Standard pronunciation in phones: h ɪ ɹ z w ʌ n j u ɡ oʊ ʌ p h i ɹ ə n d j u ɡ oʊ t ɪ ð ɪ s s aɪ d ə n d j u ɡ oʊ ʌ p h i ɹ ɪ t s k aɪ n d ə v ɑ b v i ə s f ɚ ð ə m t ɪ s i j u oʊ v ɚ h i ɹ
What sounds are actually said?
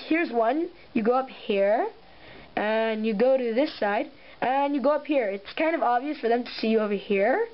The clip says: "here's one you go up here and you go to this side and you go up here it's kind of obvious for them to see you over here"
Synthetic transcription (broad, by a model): h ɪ ɹ z w ʌ n j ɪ ɡ oʊ ʌ p h i ɹ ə n j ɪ ɡ oʊ t ɪ ð ɪ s s aɪ d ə n j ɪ ɡ oʊ ʌ p h i ɹ ɪ t s k aɪ n d ə v ɑ b v i ə s f ɚ ð ə m t ɪ s i j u oʊ v ɚ h i ɹ